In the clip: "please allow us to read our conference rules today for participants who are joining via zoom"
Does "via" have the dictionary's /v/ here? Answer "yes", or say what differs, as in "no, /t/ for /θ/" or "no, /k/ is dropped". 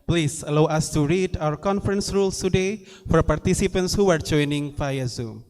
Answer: no, /f/ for /v/